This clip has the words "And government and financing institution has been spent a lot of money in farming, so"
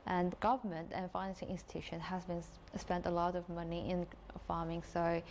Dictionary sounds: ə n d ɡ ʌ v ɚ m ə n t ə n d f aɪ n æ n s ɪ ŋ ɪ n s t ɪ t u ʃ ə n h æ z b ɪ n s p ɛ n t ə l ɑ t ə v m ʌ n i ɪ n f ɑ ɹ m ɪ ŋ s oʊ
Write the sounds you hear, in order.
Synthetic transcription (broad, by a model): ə n ɡ ʌ v ɚ m ə n t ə n f aɪ n æ n s ɪ ŋ ɪ n s t ɪ t u ʃ ə n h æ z b ɪ n s p ɛ n t ə l ɑ t ə v m ʌ n i ɪ n f ɑ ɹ m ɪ ŋ s oʊ